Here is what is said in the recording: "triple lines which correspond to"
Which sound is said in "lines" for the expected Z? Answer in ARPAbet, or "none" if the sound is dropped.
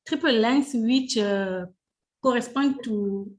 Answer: S